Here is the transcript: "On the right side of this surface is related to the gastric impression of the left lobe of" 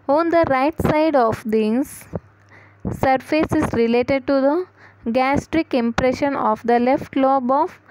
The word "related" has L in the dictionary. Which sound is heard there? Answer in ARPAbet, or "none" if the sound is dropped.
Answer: L